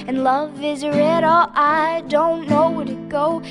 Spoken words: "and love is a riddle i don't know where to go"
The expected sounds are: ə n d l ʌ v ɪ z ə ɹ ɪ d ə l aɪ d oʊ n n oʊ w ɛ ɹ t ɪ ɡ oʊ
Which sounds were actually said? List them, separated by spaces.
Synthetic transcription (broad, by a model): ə n l ʌ v ɪ z ə ɹ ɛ d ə aɪ d oʊ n n oʊ w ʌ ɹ t ɪ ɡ oʊ